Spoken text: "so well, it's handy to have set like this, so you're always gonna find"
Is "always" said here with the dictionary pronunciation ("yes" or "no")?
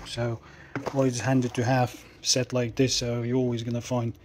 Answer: yes